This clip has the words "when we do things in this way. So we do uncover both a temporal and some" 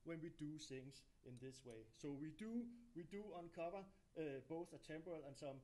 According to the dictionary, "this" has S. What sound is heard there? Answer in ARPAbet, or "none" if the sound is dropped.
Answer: S